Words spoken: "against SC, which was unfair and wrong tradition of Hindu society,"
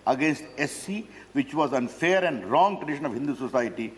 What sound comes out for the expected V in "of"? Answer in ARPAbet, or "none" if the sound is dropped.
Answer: V